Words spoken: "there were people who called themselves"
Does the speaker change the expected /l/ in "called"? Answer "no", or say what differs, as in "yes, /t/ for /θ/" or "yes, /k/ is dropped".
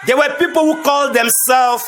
no